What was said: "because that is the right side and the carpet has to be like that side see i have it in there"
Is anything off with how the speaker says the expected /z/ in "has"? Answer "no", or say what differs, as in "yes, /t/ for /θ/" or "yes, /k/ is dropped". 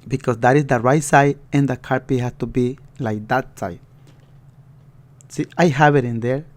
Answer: yes, /s/ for /z/